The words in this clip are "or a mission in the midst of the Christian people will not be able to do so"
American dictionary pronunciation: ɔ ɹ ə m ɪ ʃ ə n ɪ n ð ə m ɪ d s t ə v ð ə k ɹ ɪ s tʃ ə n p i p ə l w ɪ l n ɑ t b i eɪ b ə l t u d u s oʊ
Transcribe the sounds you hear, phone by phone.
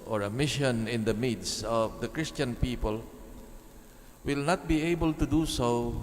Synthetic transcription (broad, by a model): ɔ ɹ ə m ɪ ʃ ə n ɪ n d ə m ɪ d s ə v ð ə k ɹ ɪ s tʃ ə n p i p ə l w ɪ l n ɑ t b i eɪ b ə l t u d u s oʊ